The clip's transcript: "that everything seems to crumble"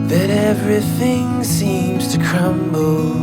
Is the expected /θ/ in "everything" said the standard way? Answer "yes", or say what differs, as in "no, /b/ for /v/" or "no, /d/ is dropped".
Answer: yes